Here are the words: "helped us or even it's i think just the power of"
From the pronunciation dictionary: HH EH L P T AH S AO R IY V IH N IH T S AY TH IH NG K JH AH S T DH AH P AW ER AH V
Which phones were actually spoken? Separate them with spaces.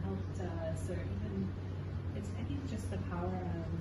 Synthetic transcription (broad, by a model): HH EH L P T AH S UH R IY V IH N IH T S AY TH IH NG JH AH S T DH AH P AW ER AH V